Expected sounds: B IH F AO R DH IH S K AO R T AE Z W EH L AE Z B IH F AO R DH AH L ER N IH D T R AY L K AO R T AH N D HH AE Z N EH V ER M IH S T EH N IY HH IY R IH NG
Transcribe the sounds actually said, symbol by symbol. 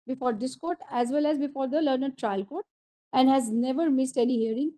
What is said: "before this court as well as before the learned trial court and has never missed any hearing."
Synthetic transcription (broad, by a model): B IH F AO R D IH S K AO R T AE Z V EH L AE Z B IH F AO R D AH L ER N IH D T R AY L K AO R T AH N D HH AE Z N EH V ER M IH S T EH N IY HH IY R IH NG